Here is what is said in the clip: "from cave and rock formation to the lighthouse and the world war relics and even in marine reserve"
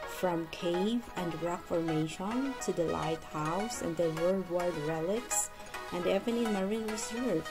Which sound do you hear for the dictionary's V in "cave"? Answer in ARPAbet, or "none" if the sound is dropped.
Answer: V